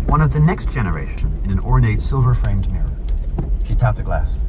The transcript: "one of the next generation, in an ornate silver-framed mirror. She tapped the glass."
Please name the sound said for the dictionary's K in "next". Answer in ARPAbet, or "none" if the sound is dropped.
K